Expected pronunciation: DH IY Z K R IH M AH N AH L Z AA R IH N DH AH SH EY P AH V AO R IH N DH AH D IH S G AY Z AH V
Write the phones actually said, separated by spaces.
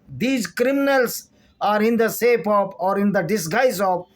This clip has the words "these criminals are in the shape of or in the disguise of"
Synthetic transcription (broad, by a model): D IY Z K R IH M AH N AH L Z AA R IH N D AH S EY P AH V AO R IH N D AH D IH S G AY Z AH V